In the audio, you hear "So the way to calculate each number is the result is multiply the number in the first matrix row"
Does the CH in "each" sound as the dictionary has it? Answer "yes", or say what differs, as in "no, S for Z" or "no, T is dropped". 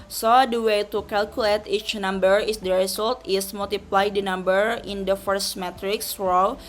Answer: yes